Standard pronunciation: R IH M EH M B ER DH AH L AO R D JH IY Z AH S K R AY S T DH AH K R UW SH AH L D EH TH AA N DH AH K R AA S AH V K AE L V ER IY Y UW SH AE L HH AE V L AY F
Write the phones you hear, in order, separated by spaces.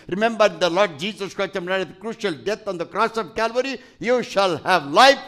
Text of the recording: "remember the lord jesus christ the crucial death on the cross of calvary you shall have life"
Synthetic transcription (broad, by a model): R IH M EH M B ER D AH L AO R D JH IY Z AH S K R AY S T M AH K R UW SH AH L D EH T AA N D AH K R AA S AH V K AE L V ER IY Y UW SH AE L HH AE V L AY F